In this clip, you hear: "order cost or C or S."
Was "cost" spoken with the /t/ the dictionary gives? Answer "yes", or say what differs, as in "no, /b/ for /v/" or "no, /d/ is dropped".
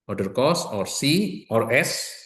no, /t/ is dropped